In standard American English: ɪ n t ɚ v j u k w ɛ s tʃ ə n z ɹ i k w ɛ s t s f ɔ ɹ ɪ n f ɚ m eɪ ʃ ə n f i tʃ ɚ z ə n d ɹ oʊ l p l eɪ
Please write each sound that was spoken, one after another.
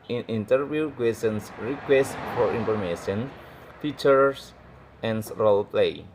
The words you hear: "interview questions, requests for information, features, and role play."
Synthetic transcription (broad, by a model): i n t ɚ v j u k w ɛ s ə n s ɹ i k w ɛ s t f ɔ ɹ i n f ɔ m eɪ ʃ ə n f i tʃ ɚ s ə n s ɹ oʊ l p l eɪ